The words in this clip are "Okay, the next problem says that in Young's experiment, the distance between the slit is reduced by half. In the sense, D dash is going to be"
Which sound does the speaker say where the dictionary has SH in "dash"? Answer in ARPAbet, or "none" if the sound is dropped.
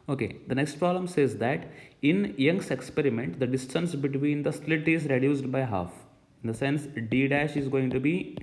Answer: SH